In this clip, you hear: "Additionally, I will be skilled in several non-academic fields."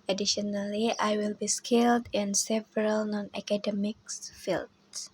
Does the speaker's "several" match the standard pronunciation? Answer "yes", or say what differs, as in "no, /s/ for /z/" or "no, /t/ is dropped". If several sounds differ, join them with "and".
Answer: yes